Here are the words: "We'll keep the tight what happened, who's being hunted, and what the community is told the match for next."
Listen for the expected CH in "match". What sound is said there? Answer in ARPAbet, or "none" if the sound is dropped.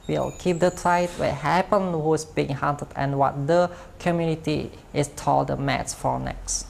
S